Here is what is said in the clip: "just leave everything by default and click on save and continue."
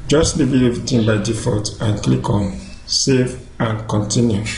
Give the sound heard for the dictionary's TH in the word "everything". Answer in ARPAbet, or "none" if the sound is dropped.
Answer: T